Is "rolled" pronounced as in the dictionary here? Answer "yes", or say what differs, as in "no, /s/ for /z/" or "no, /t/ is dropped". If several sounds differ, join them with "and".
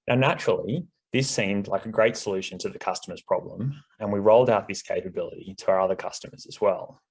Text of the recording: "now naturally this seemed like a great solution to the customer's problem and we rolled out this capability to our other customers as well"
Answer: yes